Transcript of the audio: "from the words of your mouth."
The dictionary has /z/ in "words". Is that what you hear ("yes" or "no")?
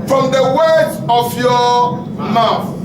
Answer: no